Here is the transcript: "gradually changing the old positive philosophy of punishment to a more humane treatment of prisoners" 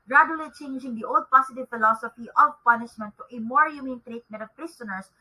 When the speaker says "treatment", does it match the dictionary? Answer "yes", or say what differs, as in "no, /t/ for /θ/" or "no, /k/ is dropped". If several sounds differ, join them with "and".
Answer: no, /n/ is dropped